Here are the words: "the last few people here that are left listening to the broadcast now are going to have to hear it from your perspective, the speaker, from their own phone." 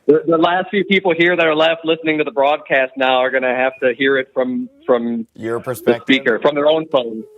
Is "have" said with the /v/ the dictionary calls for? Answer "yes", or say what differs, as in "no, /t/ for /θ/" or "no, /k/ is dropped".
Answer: no, /f/ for /v/